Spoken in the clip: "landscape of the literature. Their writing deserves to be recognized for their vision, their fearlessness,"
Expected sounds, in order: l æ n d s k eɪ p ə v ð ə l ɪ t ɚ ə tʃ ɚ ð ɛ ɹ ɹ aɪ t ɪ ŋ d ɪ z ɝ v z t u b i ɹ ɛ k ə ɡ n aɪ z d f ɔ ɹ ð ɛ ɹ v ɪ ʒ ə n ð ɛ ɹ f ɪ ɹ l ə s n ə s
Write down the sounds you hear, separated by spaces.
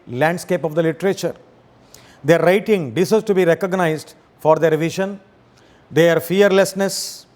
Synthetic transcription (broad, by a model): l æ n d s k eɪ p ə v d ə l ɪ t ɚ ə tʃ ɚ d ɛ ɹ ɹ aɪ t ɪ ŋ d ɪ s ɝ z t u b i ɹ ɛ k ə ɡ n aɪ z d f ɔ ɹ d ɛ ɹ v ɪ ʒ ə n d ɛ ɹ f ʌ ɹ l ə s n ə s